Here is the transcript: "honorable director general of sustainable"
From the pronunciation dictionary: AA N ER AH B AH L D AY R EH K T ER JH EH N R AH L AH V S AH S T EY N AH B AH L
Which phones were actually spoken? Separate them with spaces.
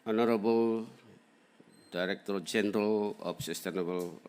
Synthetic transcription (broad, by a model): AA N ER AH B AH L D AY R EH K T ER JH EH N R AH L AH P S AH S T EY N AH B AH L